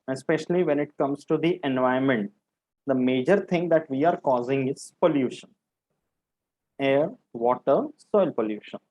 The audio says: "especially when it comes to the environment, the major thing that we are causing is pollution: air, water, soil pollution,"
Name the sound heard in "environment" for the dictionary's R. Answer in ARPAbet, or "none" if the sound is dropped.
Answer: none